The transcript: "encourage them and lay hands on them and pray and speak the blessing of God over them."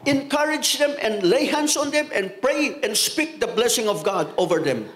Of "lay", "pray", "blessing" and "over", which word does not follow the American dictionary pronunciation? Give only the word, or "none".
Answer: none